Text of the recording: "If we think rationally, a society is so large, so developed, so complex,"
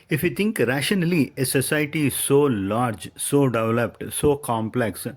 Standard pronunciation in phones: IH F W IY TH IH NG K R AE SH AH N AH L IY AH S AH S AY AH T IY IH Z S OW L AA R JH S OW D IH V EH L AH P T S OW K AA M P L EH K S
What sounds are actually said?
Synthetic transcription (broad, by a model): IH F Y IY T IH NG K R AE SH AH N AH L IY AH S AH S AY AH T IY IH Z S OW L AA R JH S OW D IH V EH L AH P T S OW K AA M P L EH K S